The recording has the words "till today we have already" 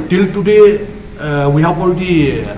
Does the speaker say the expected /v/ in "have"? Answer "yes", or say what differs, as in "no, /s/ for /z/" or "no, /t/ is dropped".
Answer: no, /b/ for /v/